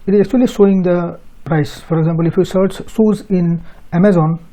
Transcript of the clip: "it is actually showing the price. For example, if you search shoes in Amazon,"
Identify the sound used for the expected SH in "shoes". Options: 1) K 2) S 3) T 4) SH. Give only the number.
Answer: 2